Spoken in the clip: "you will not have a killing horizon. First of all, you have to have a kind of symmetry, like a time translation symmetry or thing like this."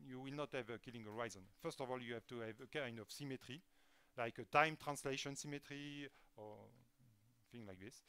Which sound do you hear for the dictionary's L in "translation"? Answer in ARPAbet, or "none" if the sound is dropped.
L